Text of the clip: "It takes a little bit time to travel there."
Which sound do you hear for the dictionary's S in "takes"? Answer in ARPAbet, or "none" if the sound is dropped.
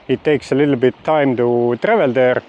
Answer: S